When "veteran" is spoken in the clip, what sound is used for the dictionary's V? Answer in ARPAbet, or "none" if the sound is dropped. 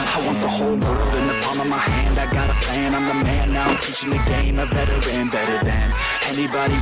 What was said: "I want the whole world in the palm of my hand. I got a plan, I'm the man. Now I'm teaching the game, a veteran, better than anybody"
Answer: B